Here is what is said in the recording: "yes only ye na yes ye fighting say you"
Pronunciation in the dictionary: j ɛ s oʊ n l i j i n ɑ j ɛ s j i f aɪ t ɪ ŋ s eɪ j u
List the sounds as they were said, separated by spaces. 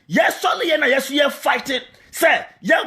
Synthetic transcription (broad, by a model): j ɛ s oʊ l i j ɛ n ɑ j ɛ s j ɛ f aɪ t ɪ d s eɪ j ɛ